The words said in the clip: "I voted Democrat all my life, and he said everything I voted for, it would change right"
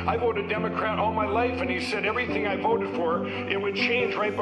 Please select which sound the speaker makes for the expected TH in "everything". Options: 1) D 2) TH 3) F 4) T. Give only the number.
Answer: 2